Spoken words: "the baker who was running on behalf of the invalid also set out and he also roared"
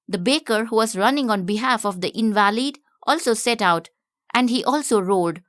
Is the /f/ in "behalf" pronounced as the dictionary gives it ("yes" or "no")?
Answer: yes